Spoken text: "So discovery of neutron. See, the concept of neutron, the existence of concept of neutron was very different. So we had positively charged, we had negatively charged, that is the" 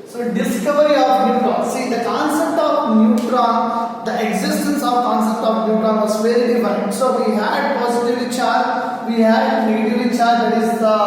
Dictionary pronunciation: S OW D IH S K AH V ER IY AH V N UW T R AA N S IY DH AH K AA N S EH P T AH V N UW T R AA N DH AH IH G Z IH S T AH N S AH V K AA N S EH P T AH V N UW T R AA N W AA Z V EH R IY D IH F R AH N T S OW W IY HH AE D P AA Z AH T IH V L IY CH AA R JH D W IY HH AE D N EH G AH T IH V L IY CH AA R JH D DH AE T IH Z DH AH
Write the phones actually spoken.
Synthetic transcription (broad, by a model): S OW D IH S K AH V ER IY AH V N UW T R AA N S IY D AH K AA N S EH P T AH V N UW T R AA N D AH IH G Z IH S T AH N S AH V K AA N S EH P T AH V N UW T R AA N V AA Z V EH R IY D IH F AH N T S OW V IY HH AE D P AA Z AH T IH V IY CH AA R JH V IY HH AE D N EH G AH T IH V IY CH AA R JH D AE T IH Z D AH